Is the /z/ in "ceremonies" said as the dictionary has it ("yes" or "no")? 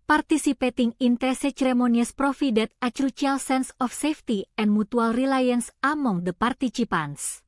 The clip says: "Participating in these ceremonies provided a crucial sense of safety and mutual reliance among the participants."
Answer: no